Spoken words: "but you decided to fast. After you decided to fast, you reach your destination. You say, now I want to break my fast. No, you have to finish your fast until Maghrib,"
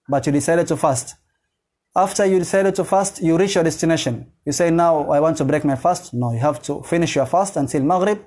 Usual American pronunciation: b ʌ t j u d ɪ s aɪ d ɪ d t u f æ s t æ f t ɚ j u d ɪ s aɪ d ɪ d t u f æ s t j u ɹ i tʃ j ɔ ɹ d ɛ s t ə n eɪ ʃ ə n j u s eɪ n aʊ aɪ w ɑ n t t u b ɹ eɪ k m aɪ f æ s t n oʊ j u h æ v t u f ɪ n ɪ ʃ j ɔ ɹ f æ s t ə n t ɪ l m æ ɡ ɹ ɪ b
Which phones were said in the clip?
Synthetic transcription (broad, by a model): b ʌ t j u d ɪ s aɪ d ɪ d t u f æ s t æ f t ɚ j u d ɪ s aɪ d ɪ d t u f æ s t j u ɹ i tʃ j ɔ ɹ d ɛ s t ə n eɪ ʃ ə n j u s eɪ n aʊ aɪ w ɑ n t t u b ɹ eɪ k m aɪ f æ s t n oʊ j u h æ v t u f ɪ n ɪ ʃ j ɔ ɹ f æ s t ə n t ɪ l m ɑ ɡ ɹ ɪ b